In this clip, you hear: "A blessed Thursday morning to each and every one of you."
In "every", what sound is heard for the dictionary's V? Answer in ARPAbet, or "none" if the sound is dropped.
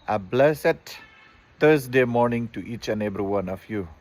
B